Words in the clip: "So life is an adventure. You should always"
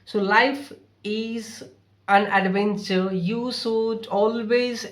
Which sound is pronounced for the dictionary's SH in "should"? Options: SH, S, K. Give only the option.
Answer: S